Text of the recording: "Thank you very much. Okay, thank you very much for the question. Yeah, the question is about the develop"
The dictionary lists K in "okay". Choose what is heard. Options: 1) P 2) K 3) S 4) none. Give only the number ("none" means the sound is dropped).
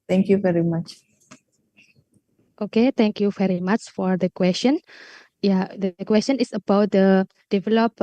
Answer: 2